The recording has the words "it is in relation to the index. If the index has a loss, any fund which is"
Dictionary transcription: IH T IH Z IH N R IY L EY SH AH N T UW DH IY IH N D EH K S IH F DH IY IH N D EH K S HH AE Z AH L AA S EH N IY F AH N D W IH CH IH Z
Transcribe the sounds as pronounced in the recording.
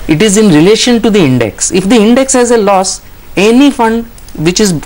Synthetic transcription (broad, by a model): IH T IH Z IH N R IY L EY SH AH N T UW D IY IH N D EH K S IH F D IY IH N D EH K S HH AE Z AH L AA S EH N IY F AH N D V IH CH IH Z